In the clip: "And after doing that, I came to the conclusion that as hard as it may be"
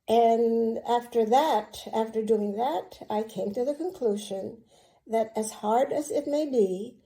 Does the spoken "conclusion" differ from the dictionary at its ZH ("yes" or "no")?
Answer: no